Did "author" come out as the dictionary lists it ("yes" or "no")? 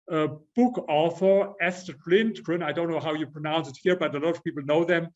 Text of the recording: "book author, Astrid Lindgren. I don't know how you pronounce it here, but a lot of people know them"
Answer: yes